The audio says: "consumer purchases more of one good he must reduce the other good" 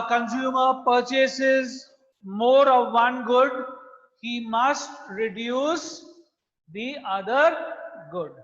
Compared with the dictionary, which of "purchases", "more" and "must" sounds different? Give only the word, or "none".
none